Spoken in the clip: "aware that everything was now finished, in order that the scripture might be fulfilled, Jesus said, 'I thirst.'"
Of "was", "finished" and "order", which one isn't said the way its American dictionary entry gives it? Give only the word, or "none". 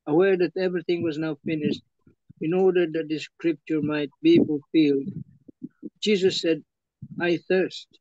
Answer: none